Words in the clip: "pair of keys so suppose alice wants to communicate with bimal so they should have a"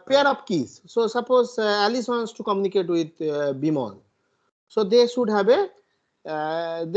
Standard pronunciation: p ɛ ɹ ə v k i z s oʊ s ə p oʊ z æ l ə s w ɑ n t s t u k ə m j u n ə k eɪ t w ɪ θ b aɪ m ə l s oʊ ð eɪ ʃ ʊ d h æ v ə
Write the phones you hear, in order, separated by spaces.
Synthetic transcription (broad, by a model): p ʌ ɹ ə p k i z s oʊ s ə p oʊ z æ l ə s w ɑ n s t u k ə m j u n ə k eɪ t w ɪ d b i m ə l s oʊ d eɪ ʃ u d h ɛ b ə